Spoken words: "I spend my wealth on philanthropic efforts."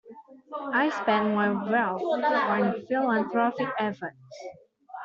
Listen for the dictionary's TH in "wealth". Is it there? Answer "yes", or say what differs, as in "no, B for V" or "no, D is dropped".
no, T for TH